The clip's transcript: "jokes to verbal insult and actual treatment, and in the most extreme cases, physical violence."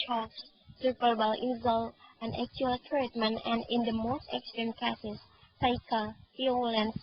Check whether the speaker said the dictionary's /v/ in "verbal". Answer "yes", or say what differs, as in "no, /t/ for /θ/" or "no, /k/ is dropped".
no, /p/ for /v/